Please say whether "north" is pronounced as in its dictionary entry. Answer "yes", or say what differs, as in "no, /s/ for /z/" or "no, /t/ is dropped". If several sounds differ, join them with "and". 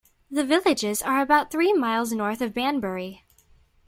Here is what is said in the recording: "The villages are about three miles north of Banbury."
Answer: yes